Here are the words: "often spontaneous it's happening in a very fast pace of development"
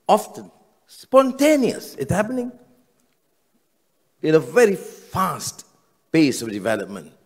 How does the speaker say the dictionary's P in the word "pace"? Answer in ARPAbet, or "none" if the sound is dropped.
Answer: B